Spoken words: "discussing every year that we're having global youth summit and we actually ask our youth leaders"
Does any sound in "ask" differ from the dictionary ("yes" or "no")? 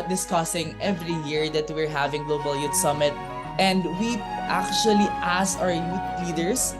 yes